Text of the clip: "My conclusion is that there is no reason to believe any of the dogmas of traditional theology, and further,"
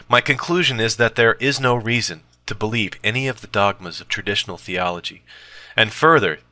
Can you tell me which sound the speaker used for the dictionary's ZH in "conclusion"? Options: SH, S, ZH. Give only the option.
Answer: ZH